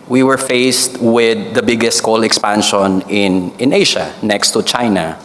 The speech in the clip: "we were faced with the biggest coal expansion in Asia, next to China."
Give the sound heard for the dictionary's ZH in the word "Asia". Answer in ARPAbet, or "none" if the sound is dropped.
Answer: SH